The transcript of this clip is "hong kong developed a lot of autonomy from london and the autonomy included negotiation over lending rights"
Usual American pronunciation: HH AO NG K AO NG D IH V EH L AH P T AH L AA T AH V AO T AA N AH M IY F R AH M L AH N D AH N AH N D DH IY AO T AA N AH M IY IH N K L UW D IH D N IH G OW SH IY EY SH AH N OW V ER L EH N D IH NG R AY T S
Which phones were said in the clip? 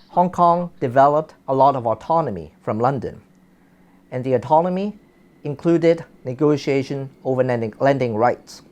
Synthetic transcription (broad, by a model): HH AO NG K AO NG D IH V EH L AH P T AH L AA T AH V AO T AA N AH M IY F R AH M L AH N D AH N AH N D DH IY AO T AA N AH M IY IH N K L UW D IH D N IH G OW SH IY EY SH AH N OW V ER L EH N D IH NG R AY T S